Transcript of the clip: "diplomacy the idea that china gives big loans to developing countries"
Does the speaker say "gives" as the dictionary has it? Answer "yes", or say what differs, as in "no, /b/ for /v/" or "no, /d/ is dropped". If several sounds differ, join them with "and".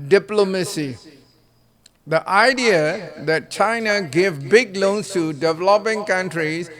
no, /z/ is dropped